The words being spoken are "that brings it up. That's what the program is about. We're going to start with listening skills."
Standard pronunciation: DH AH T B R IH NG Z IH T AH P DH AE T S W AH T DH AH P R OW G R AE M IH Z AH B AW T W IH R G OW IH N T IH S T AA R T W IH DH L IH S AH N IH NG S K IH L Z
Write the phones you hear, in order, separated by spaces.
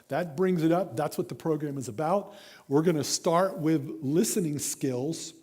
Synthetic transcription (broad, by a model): DH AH T B R IH NG Z IH T AH P DH AE T S W AH T DH AH P R OW G R AE M IH Z AH B AW T W IH R G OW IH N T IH S T AA R T W IH DH L IH S AH N IH NG S K IH L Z